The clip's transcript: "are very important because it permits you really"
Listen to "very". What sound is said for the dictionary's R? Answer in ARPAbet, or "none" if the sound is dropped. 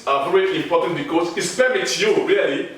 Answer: R